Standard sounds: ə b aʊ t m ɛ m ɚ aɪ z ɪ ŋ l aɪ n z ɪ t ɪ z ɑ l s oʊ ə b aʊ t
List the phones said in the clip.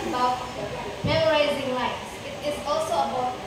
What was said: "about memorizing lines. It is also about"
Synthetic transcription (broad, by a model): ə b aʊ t m ɛ m ɚ aɪ z ɪ ŋ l aɪ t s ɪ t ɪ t ɑ l s oʊ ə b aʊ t